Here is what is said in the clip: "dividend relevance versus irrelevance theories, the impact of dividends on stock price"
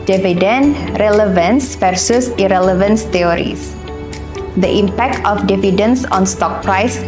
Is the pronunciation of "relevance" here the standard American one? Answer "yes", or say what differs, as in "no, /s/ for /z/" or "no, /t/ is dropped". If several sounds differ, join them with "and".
yes